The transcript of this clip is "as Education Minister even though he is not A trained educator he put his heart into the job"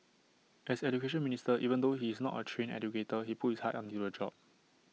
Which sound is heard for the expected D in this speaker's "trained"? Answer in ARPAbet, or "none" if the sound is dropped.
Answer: none